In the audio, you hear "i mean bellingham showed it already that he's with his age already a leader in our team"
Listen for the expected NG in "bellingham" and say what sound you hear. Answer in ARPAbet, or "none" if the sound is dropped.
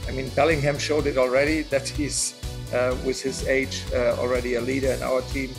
NG